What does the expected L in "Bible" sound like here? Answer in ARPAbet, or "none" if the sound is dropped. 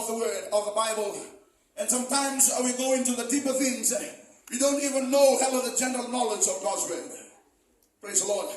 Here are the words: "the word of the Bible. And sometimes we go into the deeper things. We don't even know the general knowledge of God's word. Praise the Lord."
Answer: L